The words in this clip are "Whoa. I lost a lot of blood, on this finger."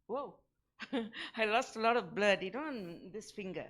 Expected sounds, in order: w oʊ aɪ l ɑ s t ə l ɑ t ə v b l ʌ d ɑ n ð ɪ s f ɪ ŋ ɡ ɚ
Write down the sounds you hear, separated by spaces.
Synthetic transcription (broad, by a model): w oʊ aɪ l ɑ s t ə l ɑ t ə v b l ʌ d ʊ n ð ɪ s f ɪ ŋ ɡ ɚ